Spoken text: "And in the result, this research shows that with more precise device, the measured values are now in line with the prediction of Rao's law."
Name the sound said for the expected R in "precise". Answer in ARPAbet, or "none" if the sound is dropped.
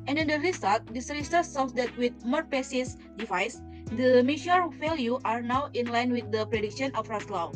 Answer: none